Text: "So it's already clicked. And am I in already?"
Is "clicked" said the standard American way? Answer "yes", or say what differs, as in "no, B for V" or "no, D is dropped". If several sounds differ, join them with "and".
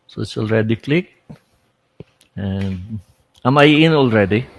no, T is dropped